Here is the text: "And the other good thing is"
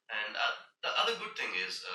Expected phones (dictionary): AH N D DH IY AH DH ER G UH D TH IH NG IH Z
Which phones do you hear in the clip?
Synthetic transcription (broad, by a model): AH N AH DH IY AH DH ER G UH D TH IH NG IH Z